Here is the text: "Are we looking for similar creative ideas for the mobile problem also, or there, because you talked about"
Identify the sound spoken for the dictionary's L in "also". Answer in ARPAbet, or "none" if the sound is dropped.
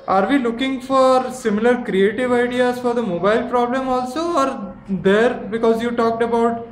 L